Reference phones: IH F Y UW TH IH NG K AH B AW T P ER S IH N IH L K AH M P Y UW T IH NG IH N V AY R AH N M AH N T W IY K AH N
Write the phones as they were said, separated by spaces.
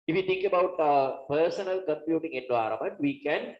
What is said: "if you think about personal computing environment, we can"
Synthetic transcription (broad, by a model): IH F Y UW T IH NG K AH B AW T P ER S IH N IH L K AH M P Y UW T IH NG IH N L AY R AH M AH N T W IY K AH N